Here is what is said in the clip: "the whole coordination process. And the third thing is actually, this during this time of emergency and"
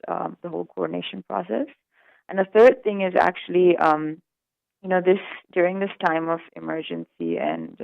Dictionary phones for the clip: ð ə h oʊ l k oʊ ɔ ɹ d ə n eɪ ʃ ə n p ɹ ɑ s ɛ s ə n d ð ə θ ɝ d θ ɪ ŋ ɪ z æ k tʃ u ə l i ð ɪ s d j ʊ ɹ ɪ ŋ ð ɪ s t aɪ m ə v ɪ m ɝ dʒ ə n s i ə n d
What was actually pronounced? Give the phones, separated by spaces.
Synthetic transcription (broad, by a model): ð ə h oʊ l k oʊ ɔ ɹ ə n eɪ ʃ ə n p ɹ ɑ s ɛ s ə n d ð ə θ ɝ d θ ɪ ŋ ɪ z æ k tʃ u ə n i ð ɪ s d j ʊ ɹ ɪ ŋ ð ɪ s t aɪ m ə v ɪ m ɝ dʒ ə n s i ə n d